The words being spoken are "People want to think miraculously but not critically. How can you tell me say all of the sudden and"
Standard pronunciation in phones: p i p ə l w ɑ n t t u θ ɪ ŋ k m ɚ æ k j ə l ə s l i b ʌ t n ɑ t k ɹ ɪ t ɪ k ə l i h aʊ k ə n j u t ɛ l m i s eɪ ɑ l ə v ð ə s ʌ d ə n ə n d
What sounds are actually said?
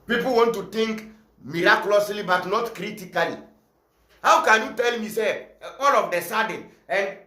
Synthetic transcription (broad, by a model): p i p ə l w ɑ n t t u t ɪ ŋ k m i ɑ k j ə l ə s l i b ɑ t n ɑ t k ɹ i t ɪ k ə l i h aʊ k ə n j u t ɛ l m i s eɪ ɑ l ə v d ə s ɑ d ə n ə n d